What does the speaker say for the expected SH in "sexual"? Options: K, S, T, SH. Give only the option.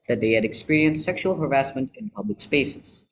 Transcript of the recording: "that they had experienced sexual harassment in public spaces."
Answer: SH